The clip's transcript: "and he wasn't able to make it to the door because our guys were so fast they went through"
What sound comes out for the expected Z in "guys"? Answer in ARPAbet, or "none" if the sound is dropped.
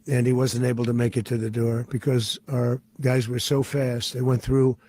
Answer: Z